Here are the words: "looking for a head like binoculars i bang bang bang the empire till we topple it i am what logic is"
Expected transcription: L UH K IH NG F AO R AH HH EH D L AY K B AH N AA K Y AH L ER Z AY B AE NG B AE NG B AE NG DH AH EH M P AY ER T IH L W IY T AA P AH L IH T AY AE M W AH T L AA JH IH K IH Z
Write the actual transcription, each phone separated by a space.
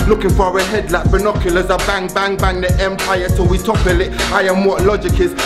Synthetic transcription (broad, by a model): L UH K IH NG F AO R AH HH EH D L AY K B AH N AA K Y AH L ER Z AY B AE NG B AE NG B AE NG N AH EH M P AY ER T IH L W IY T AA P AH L IH T AY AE M W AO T L AA JH IH K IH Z